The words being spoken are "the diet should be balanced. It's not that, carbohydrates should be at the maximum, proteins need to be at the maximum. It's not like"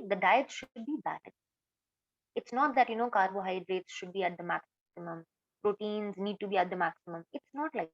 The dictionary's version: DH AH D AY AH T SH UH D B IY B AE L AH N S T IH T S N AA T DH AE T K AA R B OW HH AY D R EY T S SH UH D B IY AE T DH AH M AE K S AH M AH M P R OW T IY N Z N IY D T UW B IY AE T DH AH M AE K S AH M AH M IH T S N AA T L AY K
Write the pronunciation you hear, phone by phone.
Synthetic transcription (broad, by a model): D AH D AY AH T SH UH D B IY B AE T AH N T IH T S N AA T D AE T K AA R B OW HH AY D R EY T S SH UH D B IY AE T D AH M AE K S AH M AH M P R OW T IY N Z N IY D T UW B IY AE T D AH M AE K S AH M AH M IH T S N AA T L AY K